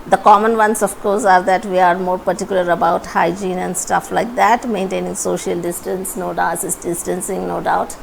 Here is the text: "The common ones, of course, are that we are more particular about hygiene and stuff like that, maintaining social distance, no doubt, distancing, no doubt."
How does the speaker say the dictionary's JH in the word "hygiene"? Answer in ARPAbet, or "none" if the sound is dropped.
JH